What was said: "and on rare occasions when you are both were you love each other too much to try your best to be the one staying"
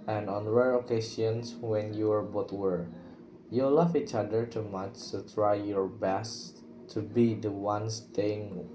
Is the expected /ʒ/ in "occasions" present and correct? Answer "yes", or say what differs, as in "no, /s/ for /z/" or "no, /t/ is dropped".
no, /s/ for /ʒ/